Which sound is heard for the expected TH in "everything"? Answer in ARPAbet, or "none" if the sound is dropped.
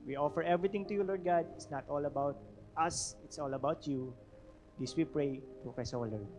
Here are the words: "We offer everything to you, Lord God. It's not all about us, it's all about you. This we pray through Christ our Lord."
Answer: T